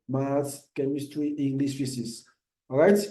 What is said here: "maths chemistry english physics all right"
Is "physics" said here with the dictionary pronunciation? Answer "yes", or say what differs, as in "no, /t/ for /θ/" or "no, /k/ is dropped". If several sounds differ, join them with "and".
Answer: no, /s/ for /z/ and /k/ is dropped